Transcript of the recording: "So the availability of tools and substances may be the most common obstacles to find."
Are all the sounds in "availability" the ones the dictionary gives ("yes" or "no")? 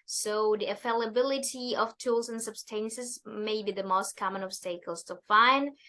no